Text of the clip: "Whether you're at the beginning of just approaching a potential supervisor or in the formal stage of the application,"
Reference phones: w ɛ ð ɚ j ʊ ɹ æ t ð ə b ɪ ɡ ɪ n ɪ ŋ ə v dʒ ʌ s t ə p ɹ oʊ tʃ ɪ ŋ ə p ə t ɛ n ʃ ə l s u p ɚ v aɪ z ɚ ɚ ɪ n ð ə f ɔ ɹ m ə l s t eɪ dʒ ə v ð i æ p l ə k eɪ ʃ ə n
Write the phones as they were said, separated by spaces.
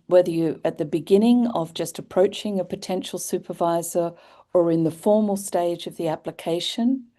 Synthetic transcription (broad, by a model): w ɛ ð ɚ j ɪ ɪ t ð ə b ɪ ɡ ɪ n ɪ ŋ ə v dʒ ʌ s t ə p ɹ oʊ tʃ ɪ ŋ ə p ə t ɛ n ʃ l s u p ɚ v aɪ z ɚ ɚ ɪ n ð ə f ɔ ɹ m l s t eɪ dʒ ə v ð i æ p l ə k eɪ ʃ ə n